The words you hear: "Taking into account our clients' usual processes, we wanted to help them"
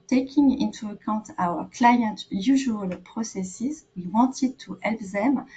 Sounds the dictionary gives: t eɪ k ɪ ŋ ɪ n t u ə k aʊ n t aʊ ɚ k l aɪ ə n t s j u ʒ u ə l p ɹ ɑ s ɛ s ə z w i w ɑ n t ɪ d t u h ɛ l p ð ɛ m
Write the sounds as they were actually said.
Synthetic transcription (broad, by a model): t eɪ k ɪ ŋ ɪ n t u ə k aʊ n t aʊ ɚ k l aɪ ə n t j u ʒ u ə l p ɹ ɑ s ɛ s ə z w i w ɑ n t ɪ d t u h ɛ l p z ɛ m